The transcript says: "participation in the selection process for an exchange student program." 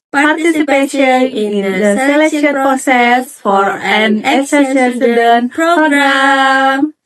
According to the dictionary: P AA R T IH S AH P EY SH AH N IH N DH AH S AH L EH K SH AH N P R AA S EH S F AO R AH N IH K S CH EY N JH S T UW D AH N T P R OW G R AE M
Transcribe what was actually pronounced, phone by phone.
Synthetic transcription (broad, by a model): P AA R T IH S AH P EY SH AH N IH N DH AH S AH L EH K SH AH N P R AA S EH S F AO R AH N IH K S EY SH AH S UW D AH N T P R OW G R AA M